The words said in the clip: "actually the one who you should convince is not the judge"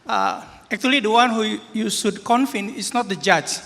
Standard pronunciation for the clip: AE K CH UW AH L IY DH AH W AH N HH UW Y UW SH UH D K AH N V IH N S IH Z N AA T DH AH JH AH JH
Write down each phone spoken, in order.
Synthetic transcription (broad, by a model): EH K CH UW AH L IY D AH W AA N HH UW Y UW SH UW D K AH N F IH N IH S N AA T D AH JH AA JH